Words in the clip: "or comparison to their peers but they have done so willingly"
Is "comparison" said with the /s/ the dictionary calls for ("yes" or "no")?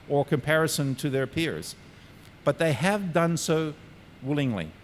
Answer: yes